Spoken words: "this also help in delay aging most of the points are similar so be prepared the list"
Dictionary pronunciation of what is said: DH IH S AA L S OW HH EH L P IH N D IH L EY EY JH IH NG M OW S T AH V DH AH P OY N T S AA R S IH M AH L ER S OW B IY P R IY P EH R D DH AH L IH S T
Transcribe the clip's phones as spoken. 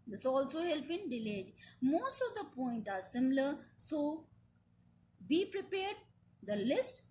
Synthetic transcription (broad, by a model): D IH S AA L S OW HH EH L P IH N D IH L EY EY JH M OW S T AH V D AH P OY N T AA R S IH M L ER S OW B IY P R IY P EH R D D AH L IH S T